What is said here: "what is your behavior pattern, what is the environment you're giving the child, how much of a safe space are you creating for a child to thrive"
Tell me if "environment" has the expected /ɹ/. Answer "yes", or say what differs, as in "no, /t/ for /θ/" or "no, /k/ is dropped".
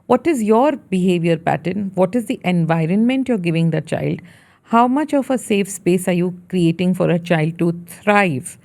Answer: yes